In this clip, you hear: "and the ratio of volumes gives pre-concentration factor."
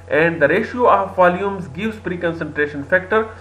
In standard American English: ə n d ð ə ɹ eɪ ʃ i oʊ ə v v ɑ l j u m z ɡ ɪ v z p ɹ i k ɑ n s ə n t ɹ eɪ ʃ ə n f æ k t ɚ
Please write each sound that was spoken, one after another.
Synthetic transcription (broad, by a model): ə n d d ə ɹ eɪ ʃ i oʊ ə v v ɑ l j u m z ɡ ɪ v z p ɹ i k ɑ n s ə n t ɹ eɪ ʃ ə n f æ k t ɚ